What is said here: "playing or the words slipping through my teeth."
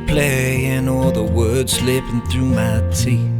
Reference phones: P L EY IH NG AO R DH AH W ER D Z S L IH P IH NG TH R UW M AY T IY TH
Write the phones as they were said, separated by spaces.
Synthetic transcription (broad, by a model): P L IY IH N AO L DH AH W ER D Z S L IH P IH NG TH R UW M AY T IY